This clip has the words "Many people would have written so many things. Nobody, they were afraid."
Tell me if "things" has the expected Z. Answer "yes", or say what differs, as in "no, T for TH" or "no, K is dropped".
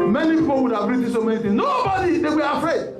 no, Z is dropped